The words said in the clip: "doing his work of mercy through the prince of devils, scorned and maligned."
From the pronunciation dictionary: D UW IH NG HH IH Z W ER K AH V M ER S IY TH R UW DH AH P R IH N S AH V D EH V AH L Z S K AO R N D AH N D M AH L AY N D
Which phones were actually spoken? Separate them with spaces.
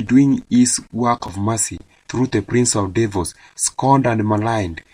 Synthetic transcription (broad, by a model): D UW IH NG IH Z W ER K AH V M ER S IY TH R UW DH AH P R IH N S AH V D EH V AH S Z S K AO N D AH N D M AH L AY N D